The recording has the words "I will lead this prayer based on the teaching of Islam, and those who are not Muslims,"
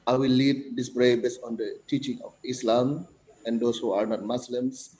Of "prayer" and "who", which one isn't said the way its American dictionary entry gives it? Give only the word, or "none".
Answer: prayer